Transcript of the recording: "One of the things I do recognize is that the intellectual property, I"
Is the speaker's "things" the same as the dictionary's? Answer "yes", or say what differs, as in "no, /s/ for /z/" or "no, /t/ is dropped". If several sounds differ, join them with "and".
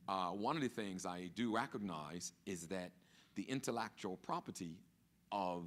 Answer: yes